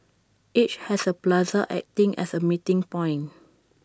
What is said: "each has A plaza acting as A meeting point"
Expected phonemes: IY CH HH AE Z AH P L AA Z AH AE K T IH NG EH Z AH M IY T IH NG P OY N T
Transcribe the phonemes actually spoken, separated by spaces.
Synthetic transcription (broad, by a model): IY CH HH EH S AH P L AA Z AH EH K T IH NG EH S AH M IY T IH NG P OY N